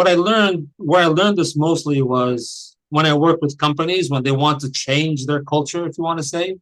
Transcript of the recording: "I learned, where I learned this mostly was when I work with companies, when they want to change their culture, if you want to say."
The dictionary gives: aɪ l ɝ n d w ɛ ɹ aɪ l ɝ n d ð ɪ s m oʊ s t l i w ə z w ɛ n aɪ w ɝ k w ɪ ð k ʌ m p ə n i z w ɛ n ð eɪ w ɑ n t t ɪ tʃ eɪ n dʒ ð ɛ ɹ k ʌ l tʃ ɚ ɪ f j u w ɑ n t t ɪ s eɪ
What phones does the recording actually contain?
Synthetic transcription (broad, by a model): aɪ l ɝ n d w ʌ ɹ aɪ l ɝ n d ð ɪ s m oʊ s t l i w ə z w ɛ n aɪ w ɝ k w ɪ ð k ʌ m p ə n i z w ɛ n ð eɪ w ɑ n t t ɪ tʃ eɪ n dʒ ð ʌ ɹ k ʌ l tʃ ɚ ɪ f j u w ɑ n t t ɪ s eɪ